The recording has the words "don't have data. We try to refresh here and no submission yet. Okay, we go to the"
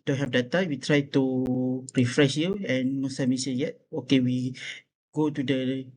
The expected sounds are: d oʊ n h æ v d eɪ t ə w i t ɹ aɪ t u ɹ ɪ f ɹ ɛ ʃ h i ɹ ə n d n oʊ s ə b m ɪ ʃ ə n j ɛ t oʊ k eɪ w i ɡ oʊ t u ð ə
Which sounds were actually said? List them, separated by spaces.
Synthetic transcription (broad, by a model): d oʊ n h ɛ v d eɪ t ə w i t ɹ aɪ t u ɹ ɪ f ɹ ɛ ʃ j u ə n n oʊ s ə m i s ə j ɛ t oʊ k eɪ w i ɡ oʊ t u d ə